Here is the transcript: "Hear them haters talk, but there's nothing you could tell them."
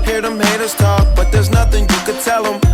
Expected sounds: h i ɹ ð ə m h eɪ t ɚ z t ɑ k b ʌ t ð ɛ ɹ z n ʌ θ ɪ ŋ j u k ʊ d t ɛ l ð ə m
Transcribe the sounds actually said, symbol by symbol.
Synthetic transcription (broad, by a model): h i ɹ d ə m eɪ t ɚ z t ɑ k b ʌ t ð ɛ ɹ z n ʌ θ ɪ ŋ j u k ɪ d t ɛ l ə m